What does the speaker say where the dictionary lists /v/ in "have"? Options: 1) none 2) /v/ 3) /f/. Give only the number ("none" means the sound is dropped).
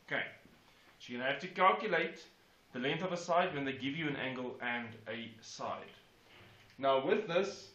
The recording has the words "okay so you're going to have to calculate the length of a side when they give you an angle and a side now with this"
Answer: 3